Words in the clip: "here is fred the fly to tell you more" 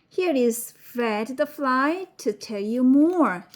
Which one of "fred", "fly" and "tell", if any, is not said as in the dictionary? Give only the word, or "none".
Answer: fred